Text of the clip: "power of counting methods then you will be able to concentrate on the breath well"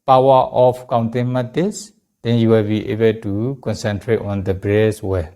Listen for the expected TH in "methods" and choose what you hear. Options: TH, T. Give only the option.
T